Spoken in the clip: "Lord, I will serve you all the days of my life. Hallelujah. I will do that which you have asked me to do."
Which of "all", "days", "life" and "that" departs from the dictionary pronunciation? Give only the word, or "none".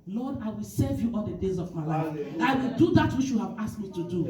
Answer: all